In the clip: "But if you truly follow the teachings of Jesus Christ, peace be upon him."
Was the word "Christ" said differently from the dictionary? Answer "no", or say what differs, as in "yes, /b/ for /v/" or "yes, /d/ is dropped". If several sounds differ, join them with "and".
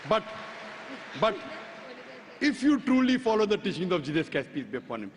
yes, /ɹ/ is dropped